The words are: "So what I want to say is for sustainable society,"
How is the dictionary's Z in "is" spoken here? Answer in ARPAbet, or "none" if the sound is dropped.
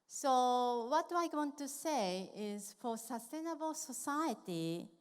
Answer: Z